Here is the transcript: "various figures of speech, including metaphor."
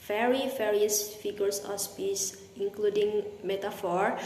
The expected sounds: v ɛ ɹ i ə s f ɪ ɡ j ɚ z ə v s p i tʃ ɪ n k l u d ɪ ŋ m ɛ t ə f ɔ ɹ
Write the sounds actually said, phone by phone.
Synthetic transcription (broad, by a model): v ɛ ɹ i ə s f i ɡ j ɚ s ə s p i s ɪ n k l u d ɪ ŋ m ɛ t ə f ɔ ɹ